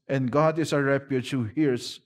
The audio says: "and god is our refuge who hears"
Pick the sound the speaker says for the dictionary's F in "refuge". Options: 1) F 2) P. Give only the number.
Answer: 2